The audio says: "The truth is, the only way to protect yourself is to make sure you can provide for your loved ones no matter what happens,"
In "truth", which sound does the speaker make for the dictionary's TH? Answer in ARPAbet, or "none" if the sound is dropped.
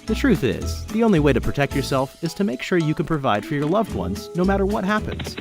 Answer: TH